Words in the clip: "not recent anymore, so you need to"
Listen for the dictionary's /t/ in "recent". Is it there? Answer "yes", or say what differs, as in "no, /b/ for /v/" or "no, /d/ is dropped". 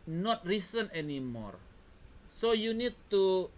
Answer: no, /t/ is dropped